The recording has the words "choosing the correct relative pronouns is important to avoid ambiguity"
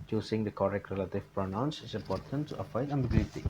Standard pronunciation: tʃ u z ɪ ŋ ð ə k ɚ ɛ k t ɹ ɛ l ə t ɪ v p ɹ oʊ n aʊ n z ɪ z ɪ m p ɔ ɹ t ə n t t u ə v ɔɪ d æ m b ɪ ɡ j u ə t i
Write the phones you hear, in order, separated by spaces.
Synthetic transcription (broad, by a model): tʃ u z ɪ ŋ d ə k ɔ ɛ k t ɹ ɛ l ə t ɪ v p ɹ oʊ n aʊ n s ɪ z ɪ m p ɔ ɹ t ə n t t u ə f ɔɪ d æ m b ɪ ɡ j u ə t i